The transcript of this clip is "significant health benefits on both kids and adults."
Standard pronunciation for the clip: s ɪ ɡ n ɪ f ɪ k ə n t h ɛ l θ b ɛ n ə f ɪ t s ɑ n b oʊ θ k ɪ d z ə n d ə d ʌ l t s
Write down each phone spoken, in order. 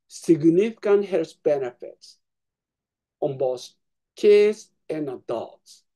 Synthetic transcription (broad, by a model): s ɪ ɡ n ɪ f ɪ k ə n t h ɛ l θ b ɛ n ə f ɪ t s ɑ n b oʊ s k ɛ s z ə n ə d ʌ l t s